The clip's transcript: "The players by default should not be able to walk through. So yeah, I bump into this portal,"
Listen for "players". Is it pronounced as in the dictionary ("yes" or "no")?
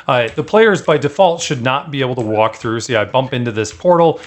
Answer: yes